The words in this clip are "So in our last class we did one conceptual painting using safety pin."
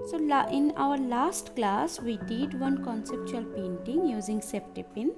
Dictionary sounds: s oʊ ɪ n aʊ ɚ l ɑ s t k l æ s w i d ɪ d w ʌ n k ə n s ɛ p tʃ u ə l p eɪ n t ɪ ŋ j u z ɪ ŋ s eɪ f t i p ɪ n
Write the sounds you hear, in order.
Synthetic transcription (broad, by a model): s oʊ ɪ n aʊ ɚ l ɑ s t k l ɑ s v i d ɪ d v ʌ n k ə n s ɛ p tʃ u ə l p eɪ n t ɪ ŋ j u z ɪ ŋ s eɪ p t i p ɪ n